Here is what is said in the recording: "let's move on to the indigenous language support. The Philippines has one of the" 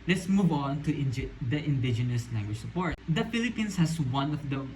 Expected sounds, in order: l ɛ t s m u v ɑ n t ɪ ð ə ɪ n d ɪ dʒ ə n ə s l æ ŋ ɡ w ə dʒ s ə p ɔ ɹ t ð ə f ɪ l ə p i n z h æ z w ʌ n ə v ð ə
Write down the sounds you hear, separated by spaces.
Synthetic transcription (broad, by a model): l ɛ t s m u v ɑ n t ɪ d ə ɪ n d ɪ dʒ ə n ə s n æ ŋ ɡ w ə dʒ s ə p ɔ ɹ t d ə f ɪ l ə p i n s h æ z w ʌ n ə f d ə